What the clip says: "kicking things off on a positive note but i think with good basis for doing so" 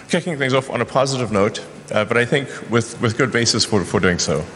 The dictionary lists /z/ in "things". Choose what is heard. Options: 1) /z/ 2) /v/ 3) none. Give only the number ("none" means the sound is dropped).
1